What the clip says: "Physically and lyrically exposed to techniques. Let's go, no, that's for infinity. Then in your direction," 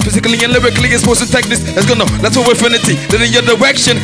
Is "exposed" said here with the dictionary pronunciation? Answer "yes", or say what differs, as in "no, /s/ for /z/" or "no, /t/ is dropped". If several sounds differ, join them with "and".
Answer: no, /k/ is dropped